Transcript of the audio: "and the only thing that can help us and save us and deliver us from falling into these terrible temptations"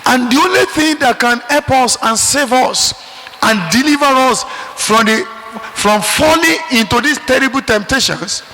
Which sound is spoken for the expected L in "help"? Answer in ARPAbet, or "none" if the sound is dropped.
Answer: none